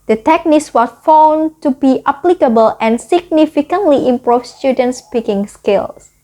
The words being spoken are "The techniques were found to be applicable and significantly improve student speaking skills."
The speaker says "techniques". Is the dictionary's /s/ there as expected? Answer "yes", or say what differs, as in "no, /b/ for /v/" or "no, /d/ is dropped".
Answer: yes